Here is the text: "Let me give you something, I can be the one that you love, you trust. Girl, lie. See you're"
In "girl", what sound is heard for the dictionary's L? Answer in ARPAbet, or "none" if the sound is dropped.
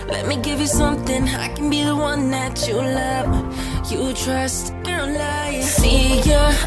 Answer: N